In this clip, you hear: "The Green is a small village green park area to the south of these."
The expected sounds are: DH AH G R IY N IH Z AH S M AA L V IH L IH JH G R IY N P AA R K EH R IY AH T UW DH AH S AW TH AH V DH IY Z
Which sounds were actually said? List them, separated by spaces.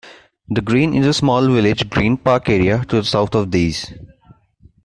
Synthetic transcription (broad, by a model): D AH G R IY N IH Z AH S M AA L V IH L IH JH G R IY N P AA R K EH R IY AH T UW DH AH S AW T AH V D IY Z